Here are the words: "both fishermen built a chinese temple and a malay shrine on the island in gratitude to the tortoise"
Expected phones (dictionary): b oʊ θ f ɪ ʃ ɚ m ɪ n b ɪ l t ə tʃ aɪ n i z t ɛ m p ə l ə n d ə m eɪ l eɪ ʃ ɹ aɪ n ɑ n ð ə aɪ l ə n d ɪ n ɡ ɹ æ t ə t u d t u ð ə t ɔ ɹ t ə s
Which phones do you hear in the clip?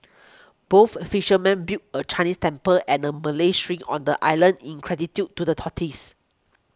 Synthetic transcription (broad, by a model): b oʊ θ f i ʃ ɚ m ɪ n b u t ə tʃ aɪ n i s t ɛ m p ə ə n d ə m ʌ l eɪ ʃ ɹ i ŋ ɑ n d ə aɪ l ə n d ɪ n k ɹ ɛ t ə t u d t u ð ə t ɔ t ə s